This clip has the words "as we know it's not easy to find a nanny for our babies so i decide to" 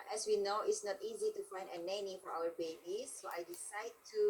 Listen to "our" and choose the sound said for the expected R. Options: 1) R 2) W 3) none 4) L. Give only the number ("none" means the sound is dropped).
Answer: 2